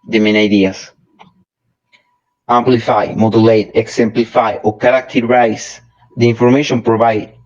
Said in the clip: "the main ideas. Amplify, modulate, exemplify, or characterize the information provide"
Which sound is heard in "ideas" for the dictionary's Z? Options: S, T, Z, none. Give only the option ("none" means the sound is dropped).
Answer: S